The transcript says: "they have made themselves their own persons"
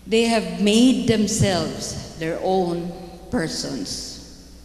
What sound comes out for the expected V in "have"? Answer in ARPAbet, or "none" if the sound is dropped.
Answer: V